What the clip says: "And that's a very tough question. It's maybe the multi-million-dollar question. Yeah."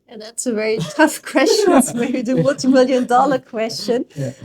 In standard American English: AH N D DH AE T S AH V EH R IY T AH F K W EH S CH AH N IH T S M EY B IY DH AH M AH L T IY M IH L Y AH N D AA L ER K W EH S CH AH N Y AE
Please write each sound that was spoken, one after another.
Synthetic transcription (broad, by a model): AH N DH AE T S AH V EH R IY T AH F K W EH S CH AH N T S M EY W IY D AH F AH T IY M IH L Y AH N D AA L ER K W EH S CH AH N